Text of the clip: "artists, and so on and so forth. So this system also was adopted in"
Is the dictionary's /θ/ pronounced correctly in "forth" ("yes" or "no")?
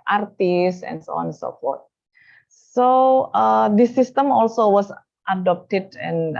no